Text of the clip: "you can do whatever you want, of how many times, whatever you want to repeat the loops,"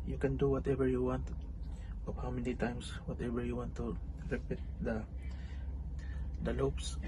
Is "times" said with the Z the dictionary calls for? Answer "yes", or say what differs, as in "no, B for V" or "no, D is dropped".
no, S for Z